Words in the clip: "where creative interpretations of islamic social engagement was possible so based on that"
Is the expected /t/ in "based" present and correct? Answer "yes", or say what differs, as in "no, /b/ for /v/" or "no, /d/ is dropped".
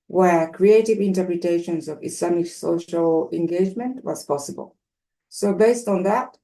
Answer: yes